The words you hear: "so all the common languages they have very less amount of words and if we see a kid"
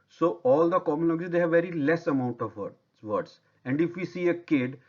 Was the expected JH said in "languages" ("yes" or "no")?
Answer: no